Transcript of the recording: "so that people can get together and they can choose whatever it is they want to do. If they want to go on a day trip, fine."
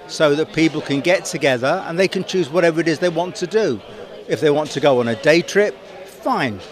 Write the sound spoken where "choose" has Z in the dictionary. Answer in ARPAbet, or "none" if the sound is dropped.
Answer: Z